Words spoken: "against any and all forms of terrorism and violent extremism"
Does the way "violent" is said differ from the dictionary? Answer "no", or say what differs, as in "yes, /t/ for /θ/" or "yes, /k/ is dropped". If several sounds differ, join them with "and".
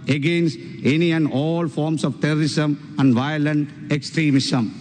no